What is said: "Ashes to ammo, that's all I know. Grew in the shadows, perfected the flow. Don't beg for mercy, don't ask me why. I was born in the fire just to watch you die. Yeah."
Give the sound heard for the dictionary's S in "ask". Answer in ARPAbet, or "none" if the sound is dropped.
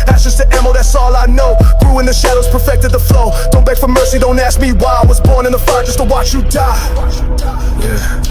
S